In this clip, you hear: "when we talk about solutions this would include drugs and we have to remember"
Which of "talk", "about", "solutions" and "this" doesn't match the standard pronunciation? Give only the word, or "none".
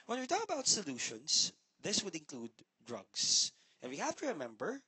solutions